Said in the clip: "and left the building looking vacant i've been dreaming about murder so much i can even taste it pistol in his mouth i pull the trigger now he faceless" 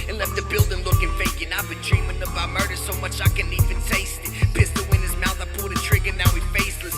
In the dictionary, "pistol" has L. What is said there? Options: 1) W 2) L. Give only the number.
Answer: 1